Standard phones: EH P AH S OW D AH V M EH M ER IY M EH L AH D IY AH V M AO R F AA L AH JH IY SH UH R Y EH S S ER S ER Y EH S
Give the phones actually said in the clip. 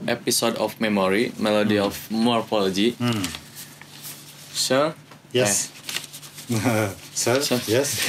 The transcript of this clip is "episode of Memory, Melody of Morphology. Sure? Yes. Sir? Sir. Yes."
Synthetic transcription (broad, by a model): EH P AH S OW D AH F M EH M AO IY M EH L AH D IY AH F M AO R F AA L AH JH IY S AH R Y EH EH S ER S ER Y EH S